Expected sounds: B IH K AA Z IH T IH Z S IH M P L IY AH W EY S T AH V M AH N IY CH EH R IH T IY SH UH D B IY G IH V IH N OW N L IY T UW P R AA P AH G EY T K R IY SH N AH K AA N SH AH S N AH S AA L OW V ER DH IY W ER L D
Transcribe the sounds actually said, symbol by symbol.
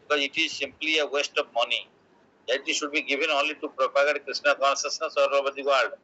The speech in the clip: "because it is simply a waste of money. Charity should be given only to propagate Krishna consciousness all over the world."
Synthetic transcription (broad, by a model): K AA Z IH T IH Z S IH M P L IY AH W EY S T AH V M AH N IY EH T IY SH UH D B IY G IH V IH N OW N L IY T UW P R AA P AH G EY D K R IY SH N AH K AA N S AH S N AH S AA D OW B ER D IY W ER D D